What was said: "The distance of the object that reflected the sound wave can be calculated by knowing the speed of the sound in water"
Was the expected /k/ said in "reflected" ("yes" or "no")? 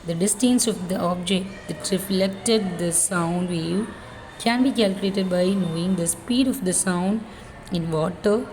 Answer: yes